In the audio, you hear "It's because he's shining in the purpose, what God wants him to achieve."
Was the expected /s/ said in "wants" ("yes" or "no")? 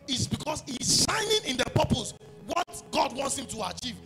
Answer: yes